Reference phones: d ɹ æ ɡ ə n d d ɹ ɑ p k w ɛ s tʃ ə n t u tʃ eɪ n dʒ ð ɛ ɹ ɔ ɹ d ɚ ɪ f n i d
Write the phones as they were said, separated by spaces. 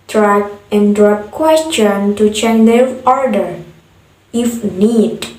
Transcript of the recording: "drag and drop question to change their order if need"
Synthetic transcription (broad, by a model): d ɹ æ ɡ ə n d d ɹ ɑ p k w ɛ s tʃ ə n t u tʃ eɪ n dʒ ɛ l ɔ ɹ d ɚ ɪ f n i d